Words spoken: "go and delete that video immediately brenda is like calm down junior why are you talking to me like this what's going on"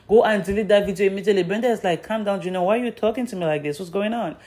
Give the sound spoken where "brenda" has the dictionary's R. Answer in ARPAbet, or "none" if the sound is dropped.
none